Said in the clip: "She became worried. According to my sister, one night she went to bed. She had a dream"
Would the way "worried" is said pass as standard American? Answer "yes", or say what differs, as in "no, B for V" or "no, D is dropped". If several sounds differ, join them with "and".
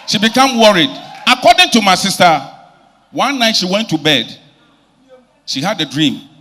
yes